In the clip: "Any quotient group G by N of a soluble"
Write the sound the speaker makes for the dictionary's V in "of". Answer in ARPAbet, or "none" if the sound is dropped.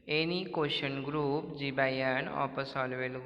P